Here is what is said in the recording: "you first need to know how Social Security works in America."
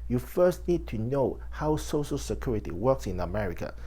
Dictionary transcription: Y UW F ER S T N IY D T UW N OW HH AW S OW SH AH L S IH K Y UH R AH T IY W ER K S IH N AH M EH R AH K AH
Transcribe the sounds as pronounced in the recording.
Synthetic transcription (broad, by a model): Y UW F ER S T N IY D T UW N OW HH AW S OW SH AH L S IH K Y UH R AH T IY W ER K S IH N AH M EH R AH K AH